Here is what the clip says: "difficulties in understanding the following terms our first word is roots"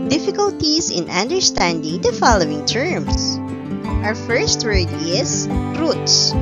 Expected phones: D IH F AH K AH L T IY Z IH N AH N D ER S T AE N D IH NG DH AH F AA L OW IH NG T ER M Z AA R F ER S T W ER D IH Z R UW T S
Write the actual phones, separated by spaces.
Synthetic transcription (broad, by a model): D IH F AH K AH L T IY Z IH N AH N D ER S T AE N D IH NG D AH F AA L OW IH NG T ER M S AA R F ER S T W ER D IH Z R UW T S